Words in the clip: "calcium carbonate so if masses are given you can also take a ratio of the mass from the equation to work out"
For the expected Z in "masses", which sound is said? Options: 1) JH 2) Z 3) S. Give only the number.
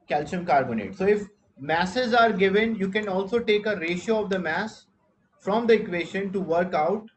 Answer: 2